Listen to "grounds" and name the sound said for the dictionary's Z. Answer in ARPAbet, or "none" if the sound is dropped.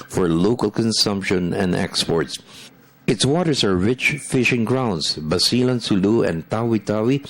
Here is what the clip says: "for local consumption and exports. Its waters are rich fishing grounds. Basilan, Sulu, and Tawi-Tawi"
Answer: S